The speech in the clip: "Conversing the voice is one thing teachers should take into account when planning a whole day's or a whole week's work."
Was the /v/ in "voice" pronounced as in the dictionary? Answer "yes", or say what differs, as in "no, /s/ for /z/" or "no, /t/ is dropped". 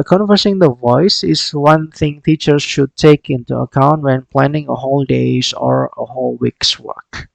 yes